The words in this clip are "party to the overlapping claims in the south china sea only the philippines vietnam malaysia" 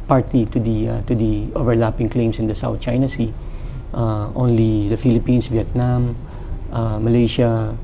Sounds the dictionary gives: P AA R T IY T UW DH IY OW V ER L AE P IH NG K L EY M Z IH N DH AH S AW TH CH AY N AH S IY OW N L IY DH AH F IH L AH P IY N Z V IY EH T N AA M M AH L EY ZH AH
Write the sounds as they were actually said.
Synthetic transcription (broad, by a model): P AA R T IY T UW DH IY OW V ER L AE P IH NG K L EY M S IH N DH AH S AW TH CH AY N AH S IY OW N L IY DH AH F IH L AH P IY N S V IY EH T N AA M M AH L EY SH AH